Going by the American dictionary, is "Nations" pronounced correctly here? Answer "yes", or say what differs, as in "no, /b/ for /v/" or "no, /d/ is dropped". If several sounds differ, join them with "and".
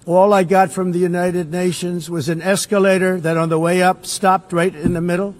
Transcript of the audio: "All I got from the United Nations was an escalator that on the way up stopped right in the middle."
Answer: yes